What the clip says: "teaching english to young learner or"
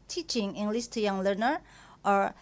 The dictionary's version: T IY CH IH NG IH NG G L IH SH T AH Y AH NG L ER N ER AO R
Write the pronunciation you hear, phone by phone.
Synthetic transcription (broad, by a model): T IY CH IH NG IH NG G L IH S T Y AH NG L ER N ER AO R